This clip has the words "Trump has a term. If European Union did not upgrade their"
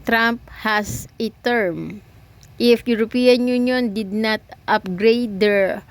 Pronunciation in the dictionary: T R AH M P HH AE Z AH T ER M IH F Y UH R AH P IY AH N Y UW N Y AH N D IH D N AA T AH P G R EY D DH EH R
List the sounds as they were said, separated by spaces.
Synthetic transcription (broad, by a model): T R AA M P HH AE S AH T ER M IH F Y UH R AH P IY AH N Y UW N Y AH N D IH D N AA T AH P G R EY D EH R